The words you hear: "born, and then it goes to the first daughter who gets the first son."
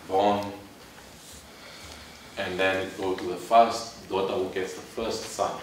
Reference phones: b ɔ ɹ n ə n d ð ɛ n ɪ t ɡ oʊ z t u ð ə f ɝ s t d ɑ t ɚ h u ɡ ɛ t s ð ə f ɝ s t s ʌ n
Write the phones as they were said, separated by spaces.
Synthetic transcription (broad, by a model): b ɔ n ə n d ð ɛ n ɪ t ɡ oʊ t u ð ə f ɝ s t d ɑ t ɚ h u ɡ ɛ t s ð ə f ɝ s t s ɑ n